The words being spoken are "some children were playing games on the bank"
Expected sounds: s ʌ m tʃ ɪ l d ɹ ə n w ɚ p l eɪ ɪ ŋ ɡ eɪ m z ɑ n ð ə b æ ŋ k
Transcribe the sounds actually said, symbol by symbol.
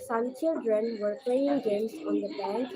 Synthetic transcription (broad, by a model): s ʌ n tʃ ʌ d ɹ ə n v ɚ p l eɪ ɪ ŋ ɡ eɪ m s ɑ n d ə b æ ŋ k